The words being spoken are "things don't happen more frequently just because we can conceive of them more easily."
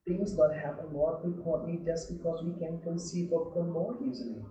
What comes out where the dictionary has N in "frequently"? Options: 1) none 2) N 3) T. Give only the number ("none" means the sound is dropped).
1